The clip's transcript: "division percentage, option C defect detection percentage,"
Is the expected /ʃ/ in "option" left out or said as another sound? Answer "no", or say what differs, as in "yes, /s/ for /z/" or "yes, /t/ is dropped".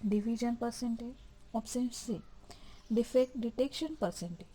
yes, /s/ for /ʃ/